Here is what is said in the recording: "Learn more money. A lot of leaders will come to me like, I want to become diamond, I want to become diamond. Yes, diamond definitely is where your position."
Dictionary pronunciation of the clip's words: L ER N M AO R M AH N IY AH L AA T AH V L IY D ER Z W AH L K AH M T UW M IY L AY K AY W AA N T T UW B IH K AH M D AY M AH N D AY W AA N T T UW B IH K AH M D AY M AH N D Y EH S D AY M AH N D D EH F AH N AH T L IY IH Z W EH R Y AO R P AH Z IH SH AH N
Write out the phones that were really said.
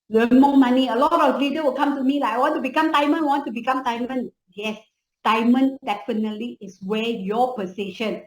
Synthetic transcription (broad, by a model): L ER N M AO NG M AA N IY AH L AA T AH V L IY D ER W AH L K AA M T UW M IY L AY AY W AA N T T UW B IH K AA M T AY M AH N AY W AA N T T UW B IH K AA M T AY M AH N Y EH S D AY M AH N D D EH F AH N AH T L IY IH S W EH Y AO P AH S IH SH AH N